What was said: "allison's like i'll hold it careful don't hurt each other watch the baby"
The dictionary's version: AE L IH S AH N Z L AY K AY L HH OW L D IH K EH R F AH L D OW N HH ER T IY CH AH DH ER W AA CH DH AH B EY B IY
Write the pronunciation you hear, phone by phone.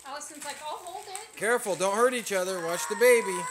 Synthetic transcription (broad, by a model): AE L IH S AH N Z L AY K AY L HH OW L D IH K EH R F L D OW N HH ER T IY CH AH DH ER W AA SH DH AH B EY B IY